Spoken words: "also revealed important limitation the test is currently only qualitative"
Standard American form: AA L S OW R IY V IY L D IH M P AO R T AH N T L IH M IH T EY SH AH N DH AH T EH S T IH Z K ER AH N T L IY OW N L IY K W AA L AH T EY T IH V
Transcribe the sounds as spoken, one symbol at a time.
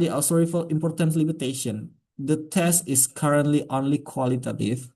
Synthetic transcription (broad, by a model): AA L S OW R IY F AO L IH M P AO R T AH N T L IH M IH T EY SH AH N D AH T EH S T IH S K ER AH N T L IY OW N L IY K W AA L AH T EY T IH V